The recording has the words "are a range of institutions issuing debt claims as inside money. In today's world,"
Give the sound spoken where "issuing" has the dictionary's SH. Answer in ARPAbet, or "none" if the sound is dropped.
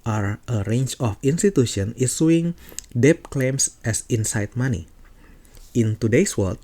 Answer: S